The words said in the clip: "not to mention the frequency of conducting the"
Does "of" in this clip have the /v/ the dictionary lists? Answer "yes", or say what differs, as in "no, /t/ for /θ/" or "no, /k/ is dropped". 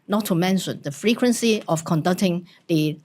no, /f/ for /v/